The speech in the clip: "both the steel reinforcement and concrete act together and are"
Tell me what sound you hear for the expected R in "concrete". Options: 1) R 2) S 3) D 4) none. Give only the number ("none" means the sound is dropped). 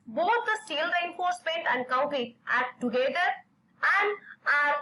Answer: 4